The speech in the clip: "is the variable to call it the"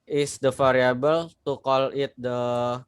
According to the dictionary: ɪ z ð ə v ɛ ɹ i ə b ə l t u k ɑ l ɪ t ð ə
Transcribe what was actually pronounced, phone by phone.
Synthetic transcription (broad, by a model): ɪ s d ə f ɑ ɹ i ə b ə l t u k ɑ l ɪ t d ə